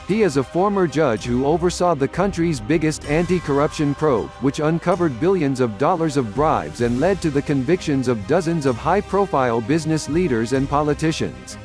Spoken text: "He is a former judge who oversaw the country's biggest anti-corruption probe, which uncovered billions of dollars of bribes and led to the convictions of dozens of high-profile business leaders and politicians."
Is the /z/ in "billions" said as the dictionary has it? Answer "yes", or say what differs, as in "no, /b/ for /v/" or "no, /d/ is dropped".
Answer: yes